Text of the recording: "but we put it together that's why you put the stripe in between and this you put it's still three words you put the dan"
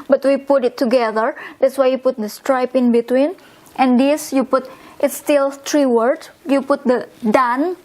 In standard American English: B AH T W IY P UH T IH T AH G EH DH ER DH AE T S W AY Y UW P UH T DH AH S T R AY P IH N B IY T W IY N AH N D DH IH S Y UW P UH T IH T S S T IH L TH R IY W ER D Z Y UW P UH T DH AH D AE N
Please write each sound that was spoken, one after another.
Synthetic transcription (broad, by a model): B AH T W IY P UH T IH T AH G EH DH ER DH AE T S W AY Y UW P UH T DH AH S T R AY P IH N B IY T W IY N AH N D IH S Y UW P UH T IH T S S T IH L T R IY W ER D Y UW P UH T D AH D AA N